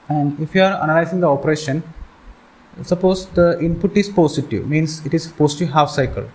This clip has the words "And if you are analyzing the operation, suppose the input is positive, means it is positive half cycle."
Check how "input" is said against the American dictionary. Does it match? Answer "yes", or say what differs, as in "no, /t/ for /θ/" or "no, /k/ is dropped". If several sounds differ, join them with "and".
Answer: yes